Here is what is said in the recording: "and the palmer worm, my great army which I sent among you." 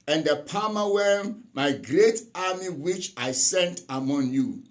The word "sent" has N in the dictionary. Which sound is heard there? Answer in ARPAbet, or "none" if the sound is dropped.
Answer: N